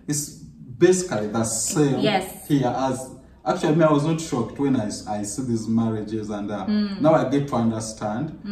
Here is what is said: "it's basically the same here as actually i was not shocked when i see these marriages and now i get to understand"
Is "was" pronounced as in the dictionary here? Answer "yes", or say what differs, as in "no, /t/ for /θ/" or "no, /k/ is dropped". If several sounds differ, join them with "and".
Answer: yes